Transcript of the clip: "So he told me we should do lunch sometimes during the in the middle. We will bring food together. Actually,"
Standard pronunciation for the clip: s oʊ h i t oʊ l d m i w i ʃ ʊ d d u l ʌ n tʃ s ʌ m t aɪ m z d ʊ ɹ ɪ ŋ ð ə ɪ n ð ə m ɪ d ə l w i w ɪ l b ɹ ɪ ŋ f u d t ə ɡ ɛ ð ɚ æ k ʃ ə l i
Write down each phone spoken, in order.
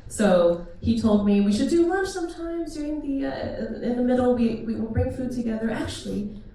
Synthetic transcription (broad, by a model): s oʊ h i t oʊ l d m i w i ʃ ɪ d d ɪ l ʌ tʃ s ʌ m t aɪ m z d ʊ ɹ ɪ ŋ ð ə ɪ n ð ə m ɪ d l w i w ɪ l b ɹ ɪ ŋ f u d t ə ɡ ɛ ð ɚ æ k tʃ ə l i